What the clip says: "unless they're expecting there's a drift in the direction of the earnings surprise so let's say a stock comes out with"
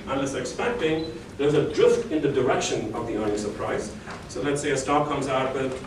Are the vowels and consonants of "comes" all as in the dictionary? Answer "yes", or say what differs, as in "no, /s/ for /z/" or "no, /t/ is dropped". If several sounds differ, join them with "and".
yes